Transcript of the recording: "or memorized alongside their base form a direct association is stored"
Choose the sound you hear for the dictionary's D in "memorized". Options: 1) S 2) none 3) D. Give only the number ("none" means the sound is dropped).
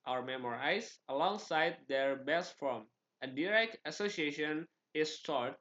2